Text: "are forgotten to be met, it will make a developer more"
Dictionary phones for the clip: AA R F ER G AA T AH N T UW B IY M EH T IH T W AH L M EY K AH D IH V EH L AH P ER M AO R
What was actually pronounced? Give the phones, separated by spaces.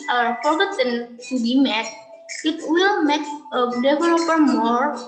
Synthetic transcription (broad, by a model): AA R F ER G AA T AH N T UW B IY M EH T IH T W AH L M EY K AH D IH V EH L AH P ER M AO R